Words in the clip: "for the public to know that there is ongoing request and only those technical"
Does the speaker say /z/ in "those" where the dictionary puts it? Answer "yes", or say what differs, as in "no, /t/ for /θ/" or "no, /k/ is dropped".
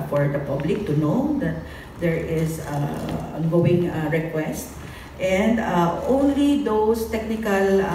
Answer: no, /s/ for /z/